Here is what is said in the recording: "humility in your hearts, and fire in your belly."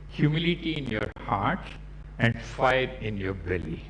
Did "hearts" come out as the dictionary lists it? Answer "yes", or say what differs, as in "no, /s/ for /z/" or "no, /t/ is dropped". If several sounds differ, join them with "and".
no, /s/ is dropped